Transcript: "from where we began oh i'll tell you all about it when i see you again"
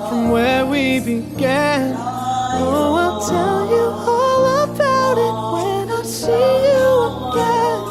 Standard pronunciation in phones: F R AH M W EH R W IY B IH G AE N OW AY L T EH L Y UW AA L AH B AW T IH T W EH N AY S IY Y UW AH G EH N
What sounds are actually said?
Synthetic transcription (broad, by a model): F R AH M W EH R W IY B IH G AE N OW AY N T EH L Y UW AA L AH B AW T IH T W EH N AY S IY Y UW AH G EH N